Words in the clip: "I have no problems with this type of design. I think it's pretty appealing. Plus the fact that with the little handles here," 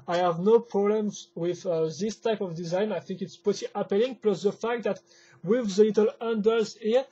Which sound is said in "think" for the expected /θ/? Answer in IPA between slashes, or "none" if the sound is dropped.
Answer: /θ/